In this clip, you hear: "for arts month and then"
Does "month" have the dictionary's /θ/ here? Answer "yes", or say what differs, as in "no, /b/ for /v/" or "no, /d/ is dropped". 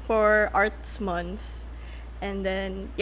no, /s/ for /θ/